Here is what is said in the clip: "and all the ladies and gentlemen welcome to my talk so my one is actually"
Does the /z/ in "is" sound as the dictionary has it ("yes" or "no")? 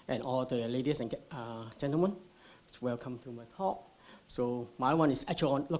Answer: no